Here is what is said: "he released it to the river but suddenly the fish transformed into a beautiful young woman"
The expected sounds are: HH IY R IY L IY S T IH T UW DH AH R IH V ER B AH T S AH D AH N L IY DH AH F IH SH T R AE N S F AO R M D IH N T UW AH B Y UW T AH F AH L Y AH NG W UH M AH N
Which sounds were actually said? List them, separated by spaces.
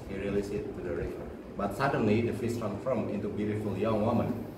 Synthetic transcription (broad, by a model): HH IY R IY L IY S IH T UW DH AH R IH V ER B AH T S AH D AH N L IY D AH F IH S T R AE N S F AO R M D IH N T UW B Y UW T AH F AH L Y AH NG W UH M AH N